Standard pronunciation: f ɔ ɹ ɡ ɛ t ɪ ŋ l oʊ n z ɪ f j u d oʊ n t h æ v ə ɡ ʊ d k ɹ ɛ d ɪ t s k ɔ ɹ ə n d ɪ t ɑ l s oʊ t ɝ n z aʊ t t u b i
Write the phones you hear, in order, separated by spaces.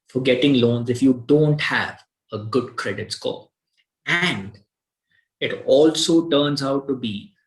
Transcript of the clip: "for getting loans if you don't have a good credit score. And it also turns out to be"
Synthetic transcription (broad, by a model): f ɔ ɹ ɡ ɛ t ɪ ŋ l oʊ n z ɪ f j u d oʊ n t h æ v ə ɡ ʊ d k ɹ ɛ d ɪ t s k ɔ l ə n d ɪ t ɑ l s oʊ t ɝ n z aʊ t t u b i